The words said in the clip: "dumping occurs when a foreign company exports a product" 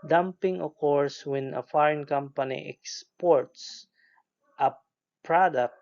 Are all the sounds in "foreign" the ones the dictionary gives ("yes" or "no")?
yes